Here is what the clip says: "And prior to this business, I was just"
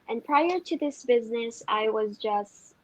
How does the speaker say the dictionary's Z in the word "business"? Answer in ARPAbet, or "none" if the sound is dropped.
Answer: Z